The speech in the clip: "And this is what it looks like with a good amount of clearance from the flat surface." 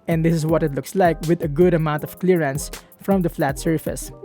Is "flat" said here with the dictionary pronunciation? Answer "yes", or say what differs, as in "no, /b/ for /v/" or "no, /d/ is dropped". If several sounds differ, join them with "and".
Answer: yes